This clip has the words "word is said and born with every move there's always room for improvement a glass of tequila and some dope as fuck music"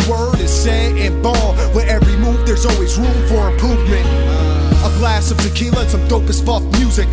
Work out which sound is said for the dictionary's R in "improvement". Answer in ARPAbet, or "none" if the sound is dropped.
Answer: none